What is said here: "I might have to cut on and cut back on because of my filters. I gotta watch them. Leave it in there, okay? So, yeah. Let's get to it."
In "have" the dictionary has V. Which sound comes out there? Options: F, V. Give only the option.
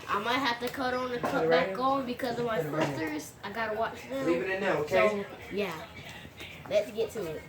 F